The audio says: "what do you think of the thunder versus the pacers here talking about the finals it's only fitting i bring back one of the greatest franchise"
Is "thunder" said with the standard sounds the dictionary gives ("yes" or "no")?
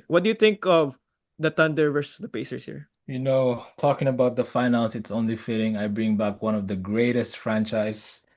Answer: no